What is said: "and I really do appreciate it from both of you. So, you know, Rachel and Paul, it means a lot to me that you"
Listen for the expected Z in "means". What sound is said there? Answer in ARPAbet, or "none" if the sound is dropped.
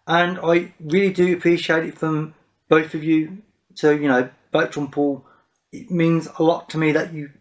Z